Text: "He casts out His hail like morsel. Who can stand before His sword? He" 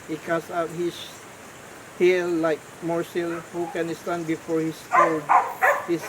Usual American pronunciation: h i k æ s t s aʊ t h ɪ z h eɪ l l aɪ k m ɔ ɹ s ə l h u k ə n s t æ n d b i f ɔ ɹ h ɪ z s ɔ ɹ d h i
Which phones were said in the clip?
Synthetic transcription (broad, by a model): h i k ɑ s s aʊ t h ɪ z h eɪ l l aɪ k m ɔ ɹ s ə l h u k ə n s t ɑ n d b i f ɔ ɹ h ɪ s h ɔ l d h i